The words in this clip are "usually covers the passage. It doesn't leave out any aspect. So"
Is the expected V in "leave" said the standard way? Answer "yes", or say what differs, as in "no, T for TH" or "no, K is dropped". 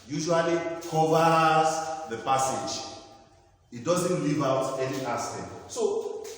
yes